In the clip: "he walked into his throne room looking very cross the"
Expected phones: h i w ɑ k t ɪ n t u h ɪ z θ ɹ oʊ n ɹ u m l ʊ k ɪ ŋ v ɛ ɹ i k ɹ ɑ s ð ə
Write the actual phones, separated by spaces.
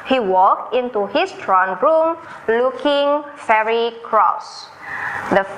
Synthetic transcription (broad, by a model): h i w ɑ k t ɪ n t u h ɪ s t ɹ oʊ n ɹ u m l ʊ k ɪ ŋ f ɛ ɹ i k ɹ ɑ s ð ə